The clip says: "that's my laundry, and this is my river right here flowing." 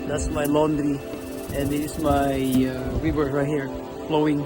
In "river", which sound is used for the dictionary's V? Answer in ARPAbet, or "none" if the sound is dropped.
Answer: W